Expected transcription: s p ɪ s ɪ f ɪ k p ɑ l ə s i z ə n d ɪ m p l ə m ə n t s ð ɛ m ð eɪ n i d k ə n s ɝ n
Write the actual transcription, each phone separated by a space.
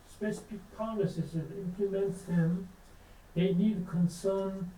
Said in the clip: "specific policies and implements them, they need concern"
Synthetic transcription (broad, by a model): s p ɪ s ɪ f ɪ k p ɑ n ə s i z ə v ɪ m p l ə m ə n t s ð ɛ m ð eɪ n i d k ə n s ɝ n